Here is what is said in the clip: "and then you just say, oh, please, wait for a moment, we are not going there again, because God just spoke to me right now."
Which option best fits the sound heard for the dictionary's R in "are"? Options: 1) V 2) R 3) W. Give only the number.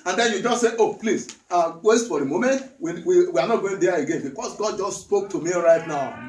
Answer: 3